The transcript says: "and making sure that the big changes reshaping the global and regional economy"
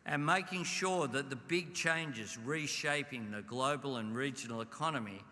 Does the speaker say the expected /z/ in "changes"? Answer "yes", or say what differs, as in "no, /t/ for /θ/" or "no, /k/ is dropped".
yes